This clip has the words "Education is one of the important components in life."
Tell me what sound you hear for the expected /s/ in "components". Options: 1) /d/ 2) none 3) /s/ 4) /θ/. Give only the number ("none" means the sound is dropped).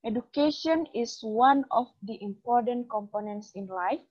3